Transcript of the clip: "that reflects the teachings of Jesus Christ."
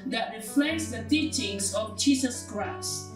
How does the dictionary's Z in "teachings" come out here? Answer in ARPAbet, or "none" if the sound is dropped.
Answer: S